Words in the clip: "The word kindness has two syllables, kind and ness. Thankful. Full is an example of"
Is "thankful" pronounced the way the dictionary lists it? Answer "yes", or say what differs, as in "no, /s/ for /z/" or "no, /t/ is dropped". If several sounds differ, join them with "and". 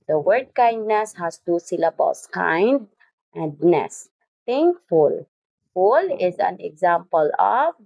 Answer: no, /t/ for /θ/